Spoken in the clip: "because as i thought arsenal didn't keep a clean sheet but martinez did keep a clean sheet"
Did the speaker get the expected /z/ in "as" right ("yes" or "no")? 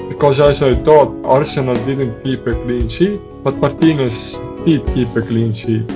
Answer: no